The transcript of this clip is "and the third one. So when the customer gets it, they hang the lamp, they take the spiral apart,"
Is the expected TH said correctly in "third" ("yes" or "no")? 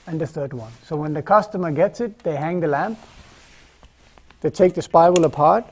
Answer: yes